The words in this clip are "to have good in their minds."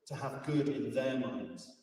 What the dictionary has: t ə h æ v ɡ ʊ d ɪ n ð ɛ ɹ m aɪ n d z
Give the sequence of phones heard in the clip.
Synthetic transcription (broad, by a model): t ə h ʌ v ɡ ʊ d ɪ n ð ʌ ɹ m aɪ n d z